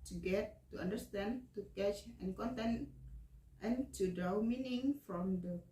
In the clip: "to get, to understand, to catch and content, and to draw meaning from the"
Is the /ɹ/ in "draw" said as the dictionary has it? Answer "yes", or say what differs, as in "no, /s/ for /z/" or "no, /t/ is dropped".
no, /ɹ/ is dropped